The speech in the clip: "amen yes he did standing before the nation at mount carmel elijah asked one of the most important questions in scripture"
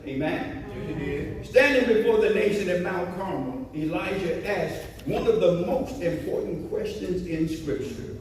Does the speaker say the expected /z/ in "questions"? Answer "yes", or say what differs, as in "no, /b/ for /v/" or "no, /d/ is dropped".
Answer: yes